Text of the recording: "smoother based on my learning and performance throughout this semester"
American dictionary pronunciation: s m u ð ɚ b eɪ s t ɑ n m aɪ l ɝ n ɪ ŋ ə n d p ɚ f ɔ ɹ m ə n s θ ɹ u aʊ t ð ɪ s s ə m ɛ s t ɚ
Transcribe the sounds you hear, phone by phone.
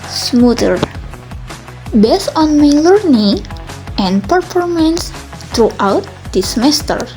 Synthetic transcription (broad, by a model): s m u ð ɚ b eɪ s ɑ n m aɪ l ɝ n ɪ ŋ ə n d p ɚ f ɔ ɹ m ə n s t ɹ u aʊ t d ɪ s s m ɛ s t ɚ